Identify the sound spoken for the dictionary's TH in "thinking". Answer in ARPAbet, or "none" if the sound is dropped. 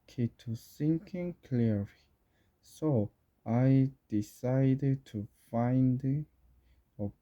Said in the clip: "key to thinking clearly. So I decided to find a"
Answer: S